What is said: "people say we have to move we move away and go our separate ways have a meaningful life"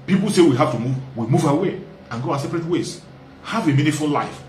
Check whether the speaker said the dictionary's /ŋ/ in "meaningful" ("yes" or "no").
no